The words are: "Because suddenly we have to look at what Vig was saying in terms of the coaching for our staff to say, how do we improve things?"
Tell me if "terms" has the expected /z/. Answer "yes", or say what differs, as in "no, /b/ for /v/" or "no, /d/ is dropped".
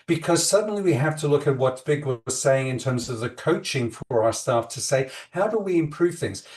yes